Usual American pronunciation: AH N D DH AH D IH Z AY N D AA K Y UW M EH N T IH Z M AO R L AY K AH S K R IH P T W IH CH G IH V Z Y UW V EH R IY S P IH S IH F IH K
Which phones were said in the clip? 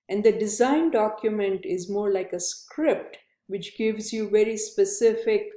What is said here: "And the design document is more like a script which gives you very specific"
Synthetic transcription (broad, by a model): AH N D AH D IH Z AY N D AA K Y UW M EH N T IH Z M AO R L AY K AH S K R IH P T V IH CH G IH V Z Y UW V EH R IY S P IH S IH F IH K